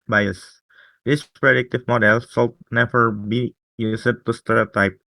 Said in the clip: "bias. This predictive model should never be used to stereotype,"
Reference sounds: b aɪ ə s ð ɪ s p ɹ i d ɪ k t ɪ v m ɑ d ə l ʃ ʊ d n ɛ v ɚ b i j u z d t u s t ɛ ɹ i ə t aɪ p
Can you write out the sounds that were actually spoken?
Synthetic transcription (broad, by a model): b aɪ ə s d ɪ s p ɹ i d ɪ k t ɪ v m ɑ d ə l s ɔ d n ɛ v ɚ b i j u s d t u s t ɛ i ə t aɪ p